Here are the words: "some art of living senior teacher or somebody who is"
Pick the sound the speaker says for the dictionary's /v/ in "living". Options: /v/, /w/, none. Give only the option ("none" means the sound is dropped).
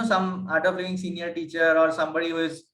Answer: none